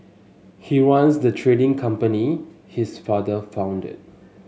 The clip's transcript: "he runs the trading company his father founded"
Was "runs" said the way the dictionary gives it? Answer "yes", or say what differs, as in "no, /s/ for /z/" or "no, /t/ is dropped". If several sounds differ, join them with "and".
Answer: no, /w/ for /ɹ/